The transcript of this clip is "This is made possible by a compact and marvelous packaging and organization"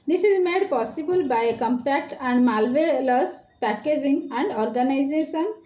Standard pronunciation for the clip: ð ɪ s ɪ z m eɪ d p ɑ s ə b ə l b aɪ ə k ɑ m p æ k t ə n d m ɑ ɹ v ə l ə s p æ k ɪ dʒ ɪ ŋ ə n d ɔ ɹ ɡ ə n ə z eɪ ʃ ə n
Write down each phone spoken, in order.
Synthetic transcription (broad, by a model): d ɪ s ɪ z m eɪ d p ɑ s ə b ə l b aɪ ə k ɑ m p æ k t ə n d m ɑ l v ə l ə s p æ k ɪ dʒ ɪ ŋ ə n d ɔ ɹ ɡ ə n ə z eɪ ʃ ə n